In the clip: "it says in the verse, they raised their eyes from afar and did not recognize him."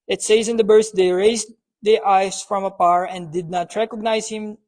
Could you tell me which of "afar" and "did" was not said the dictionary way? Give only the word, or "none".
afar